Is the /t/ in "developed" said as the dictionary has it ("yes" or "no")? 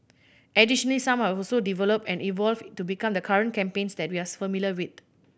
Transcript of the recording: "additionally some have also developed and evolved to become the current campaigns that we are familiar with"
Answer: no